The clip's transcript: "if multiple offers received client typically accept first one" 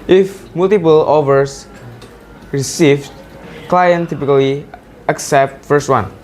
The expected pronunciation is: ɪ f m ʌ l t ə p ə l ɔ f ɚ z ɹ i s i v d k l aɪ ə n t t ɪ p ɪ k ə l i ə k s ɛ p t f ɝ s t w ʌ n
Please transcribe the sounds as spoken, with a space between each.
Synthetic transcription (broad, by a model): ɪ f m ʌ l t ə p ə l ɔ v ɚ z ɹ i s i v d k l aɪ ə n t t ɪ p ɪ k ə l i ə k s ɛ p t f ɝ s t w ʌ n